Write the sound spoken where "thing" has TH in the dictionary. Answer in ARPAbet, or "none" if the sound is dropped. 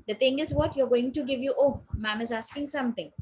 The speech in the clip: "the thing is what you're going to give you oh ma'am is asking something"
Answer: T